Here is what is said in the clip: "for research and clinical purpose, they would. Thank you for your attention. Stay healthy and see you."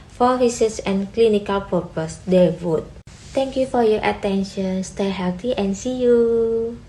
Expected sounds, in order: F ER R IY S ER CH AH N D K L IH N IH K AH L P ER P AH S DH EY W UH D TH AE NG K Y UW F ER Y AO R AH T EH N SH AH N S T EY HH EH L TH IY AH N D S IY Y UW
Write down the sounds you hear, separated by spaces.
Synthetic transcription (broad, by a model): F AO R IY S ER S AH N K L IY N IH K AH L P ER P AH S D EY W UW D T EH NG K Y UW F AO Y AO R AH T EH N SH AH N S T EY HH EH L T IY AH N S IY Y UW